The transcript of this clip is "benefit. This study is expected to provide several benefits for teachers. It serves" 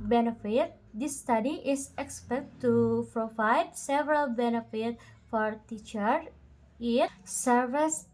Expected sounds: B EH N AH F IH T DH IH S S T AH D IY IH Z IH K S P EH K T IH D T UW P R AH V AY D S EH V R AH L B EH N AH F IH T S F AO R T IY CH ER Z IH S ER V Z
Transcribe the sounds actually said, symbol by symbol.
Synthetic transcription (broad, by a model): B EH N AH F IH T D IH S S T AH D IY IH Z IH K S P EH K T T UW P R AH V AY D S EH V R AH L B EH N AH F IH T F AO R T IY CH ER IH S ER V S